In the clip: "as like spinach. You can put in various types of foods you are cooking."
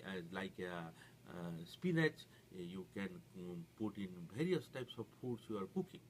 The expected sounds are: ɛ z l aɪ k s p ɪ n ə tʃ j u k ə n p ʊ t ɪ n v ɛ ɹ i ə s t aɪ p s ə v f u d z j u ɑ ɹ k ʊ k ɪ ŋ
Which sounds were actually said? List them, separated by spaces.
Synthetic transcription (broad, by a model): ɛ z l aɪ k s p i n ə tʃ j u k ə n p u t ɪ n b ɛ ɹ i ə s t aɪ p s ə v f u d s j u ɑ ɹ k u k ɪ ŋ